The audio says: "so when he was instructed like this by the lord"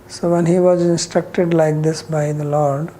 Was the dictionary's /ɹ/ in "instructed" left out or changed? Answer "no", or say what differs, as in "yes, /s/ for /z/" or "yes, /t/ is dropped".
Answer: no